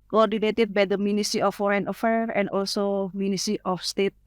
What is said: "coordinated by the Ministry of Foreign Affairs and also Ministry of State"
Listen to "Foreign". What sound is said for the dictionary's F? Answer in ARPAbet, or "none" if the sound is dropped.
F